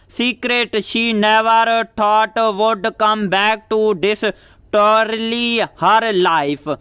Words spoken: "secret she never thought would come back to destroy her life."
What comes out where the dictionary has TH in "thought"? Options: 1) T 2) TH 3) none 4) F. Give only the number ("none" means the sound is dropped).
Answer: 1